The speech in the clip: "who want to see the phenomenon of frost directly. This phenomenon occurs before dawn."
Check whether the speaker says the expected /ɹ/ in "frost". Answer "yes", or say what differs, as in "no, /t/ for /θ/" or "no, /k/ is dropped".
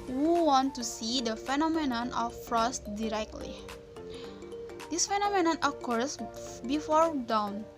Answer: yes